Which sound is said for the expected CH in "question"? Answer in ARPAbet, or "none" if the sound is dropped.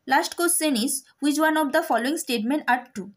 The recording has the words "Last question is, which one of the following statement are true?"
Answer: S